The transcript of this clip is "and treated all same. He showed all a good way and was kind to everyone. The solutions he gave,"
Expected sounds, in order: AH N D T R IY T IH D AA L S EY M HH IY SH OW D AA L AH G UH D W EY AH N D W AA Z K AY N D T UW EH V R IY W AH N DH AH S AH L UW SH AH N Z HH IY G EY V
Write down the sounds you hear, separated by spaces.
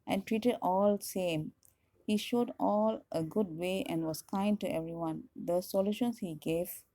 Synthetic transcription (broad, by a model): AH N T R IY T IH D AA L S EY M HH IY SH OW D AA L AH G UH D W EY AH N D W AA S K AY N D T UW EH V R IY W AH N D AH S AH L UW SH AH N S HH IY G EY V